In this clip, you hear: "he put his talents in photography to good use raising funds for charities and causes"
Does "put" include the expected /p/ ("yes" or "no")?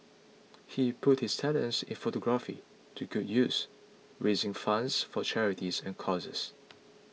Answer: yes